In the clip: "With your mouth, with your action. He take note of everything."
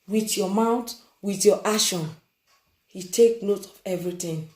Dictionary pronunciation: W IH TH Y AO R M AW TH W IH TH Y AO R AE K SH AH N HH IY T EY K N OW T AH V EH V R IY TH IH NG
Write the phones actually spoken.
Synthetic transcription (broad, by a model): W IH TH Y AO M AW T W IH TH Y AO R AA SH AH N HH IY T EY K N OW T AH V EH V R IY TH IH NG